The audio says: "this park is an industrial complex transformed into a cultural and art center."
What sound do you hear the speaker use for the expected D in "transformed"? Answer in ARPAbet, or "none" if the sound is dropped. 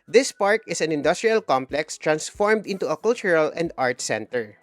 D